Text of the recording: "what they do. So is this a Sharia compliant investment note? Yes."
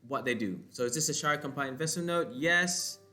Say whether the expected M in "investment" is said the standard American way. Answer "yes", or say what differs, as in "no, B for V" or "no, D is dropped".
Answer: no, M is dropped